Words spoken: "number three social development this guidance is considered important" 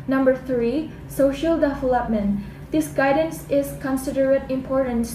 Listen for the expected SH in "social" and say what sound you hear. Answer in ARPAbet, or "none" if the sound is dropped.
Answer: SH